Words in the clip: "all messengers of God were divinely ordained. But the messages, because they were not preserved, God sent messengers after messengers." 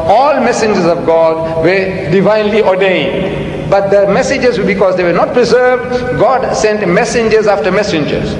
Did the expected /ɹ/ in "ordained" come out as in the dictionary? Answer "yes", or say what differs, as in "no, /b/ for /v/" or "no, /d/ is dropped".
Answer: yes